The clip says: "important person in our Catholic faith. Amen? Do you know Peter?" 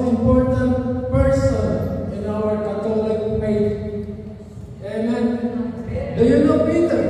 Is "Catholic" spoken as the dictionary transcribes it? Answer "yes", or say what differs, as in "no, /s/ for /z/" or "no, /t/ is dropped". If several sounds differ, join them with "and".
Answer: no, /t/ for /θ/